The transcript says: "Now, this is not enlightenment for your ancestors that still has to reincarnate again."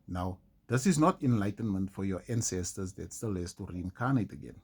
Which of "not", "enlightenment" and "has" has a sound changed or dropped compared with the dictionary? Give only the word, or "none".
has